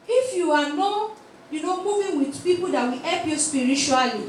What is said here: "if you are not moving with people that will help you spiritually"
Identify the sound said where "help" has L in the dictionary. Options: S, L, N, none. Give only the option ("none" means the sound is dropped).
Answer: none